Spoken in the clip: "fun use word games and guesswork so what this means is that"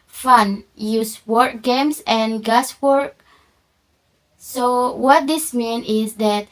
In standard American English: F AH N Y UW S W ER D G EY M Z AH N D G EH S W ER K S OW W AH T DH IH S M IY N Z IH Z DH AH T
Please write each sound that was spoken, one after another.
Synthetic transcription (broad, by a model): F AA N Y UW S W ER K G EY M S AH N G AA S W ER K S OW W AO T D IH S M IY N IH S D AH T